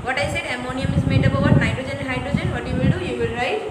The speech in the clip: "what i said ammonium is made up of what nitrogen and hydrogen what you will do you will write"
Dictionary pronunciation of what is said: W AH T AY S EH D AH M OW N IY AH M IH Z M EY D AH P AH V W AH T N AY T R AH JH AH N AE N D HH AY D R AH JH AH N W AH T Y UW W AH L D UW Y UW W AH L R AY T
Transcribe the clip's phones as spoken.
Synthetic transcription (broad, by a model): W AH T AY S EH D AH M OW N IY AH M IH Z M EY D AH B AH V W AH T N AY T R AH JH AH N N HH AY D R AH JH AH N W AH T Y UW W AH L D UW Y UW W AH L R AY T